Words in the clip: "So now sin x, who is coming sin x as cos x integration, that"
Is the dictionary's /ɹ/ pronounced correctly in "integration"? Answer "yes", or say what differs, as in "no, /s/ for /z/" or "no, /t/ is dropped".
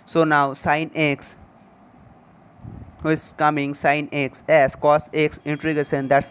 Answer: no, /ɹ/ is dropped